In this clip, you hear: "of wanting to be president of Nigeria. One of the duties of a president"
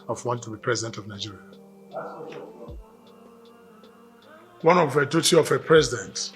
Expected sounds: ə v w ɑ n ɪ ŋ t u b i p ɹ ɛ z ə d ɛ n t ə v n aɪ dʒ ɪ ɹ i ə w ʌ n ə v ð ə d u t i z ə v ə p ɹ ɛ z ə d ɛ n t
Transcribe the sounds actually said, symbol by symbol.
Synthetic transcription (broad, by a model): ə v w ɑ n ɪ t u b i p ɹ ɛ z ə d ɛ n t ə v n aɪ dʒ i ɹ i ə w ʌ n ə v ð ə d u t i ə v ə p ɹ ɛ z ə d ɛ n t